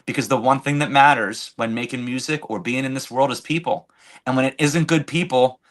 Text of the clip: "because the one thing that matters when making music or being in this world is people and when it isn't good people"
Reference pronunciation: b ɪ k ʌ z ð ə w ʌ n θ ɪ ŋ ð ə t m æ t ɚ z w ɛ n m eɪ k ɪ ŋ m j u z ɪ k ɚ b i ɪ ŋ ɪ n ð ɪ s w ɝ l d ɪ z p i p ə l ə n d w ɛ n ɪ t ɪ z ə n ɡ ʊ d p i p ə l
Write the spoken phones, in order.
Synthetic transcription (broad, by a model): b ɪ k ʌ z ð ə w ʌ n θ ɪ ŋ ð ə t m æ t ɚ z w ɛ n m eɪ k ɪ ŋ m j u z ɪ k ɚ b i ɪ ŋ ɪ n ð ɪ s w ɝ l d ɪ z p i p l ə n w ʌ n ɪ t ɪ z ə n ɡ ʊ d p i p l